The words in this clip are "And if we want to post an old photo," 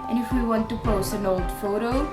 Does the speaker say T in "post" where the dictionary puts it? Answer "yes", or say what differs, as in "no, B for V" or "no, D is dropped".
no, T is dropped